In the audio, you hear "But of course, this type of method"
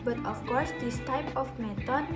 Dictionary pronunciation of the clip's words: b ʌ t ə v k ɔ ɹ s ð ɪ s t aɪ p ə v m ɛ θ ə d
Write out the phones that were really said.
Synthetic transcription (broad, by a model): b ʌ t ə f k ɔ ɹ s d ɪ s t aɪ p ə f m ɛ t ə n